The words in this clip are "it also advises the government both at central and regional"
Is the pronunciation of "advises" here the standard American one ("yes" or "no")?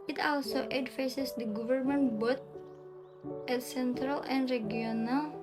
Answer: no